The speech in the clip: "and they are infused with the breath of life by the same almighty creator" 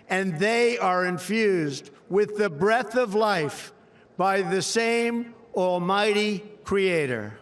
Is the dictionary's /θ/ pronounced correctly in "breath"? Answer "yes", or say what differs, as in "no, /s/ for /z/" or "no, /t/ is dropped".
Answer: yes